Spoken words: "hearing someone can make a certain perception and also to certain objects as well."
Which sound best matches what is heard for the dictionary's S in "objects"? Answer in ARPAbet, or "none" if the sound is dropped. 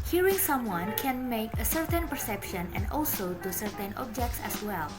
S